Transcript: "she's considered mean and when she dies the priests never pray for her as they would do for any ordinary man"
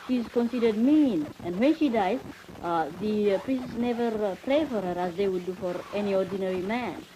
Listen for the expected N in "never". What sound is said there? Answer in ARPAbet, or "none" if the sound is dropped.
N